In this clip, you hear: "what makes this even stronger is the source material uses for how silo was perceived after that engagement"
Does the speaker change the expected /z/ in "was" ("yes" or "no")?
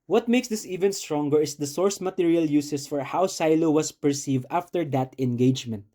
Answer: yes